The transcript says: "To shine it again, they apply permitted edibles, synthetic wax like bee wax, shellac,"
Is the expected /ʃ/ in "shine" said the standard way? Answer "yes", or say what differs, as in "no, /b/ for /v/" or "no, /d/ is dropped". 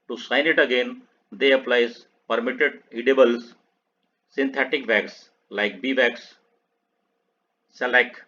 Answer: no, /s/ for /ʃ/